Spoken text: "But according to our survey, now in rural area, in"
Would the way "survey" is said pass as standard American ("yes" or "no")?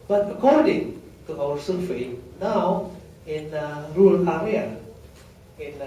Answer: no